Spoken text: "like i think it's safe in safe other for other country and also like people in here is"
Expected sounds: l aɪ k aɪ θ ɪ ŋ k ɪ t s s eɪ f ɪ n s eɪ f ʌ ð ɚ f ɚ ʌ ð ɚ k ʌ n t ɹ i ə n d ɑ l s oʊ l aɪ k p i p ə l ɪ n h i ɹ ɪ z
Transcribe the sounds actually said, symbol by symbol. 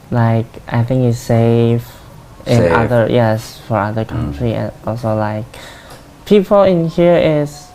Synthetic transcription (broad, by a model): l aɪ k aɪ θ ɪ ŋ k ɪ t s s eɪ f ɪ n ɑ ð ʌ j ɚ f ɚ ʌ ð ɚ k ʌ n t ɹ i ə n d ɑ l s oʊ l aɪ k p i p ə l ɪ n h i ɹ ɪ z